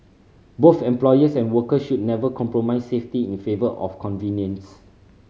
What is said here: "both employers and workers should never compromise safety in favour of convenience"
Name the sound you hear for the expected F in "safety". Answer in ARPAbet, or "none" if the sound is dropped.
F